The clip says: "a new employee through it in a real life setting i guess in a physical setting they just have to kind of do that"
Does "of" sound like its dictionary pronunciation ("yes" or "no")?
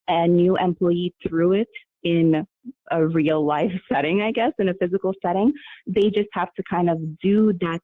yes